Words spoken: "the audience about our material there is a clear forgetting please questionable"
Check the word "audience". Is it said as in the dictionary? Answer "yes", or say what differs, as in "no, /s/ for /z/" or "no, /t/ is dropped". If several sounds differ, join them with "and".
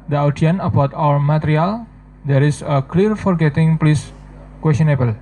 no, /s/ is dropped